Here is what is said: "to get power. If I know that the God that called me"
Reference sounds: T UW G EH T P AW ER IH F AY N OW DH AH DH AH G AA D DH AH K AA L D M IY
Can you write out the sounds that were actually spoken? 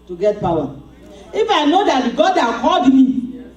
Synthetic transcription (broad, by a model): T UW G EH T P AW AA IH F AY N OW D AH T G AA D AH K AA D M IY